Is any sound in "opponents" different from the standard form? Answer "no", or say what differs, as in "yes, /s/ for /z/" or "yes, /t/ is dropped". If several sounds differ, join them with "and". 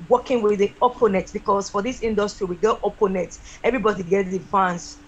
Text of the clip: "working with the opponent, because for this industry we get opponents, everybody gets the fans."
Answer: yes, /n/ is dropped and /s/ is dropped